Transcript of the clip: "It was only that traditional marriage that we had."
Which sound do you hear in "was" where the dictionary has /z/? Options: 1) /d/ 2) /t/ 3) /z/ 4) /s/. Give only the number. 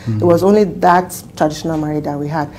3